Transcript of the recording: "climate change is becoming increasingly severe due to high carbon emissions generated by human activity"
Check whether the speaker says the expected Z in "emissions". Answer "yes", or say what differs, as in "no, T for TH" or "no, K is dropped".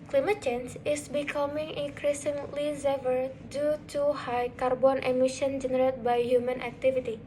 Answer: no, Z is dropped